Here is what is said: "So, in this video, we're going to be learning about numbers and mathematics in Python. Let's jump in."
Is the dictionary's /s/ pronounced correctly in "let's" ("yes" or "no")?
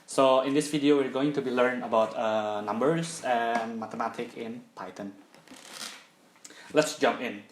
yes